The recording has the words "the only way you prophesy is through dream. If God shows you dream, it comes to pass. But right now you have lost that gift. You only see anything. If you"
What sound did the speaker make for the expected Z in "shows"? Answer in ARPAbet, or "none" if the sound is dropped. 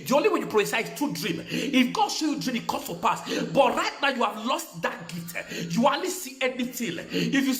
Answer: none